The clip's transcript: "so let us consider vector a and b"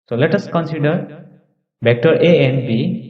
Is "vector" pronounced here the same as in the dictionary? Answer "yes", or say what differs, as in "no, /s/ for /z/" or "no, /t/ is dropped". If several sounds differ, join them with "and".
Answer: no, /b/ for /v/